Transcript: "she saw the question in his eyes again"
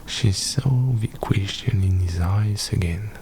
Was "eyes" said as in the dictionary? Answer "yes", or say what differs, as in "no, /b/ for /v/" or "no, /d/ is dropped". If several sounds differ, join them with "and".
no, /s/ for /z/